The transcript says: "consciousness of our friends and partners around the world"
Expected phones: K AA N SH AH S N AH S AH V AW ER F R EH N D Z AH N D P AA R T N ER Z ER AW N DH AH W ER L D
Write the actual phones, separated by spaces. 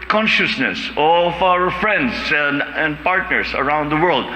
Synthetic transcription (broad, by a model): K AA N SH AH S N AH S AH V AW ER F R EH N D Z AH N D P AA R T N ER S ER AW N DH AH W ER L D